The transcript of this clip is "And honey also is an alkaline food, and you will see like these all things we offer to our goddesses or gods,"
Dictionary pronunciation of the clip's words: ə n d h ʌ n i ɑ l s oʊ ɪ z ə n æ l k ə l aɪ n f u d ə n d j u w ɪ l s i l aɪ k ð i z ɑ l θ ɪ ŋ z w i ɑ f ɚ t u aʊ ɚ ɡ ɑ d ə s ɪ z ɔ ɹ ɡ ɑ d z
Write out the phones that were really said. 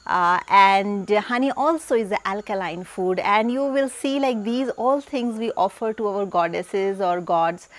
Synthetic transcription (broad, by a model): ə n d h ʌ n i ɑ l s oʊ ɪ z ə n æ l k ə l aɪ n f u d ə n d j u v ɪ l s i l aɪ k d i z ɑ l t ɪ ŋ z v i ɑ f ɚ t u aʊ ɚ ɡ ɑ d ə s ɪ z ɔ ɹ ɡ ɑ d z